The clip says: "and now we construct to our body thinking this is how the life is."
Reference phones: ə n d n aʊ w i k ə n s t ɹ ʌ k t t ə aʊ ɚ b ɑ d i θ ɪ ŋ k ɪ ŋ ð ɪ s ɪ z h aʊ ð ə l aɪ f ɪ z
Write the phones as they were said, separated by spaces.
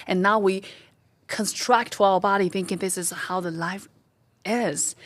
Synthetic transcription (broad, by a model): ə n n aʊ w i k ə n s t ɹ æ k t t ə aʊ ɚ b ɑ d i θ ɪ ŋ k ɪ ŋ ð ɪ s ɪ z h aʊ ð ə l aɪ f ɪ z